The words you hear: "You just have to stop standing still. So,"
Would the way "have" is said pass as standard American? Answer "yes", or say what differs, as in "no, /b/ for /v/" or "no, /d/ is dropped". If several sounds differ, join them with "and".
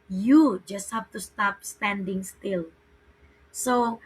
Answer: no, /p/ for /v/